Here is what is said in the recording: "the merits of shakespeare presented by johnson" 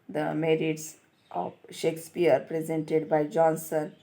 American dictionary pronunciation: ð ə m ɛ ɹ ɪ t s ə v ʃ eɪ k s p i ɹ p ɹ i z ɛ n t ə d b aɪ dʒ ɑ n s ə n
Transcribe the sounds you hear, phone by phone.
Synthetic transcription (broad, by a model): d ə m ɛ ɹ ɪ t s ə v ʃ eɪ k s p i ɹ p ɹ i z ɛ n t ə d b aɪ dʒ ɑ n s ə n